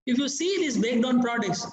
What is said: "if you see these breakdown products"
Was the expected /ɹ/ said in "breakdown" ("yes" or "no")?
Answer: no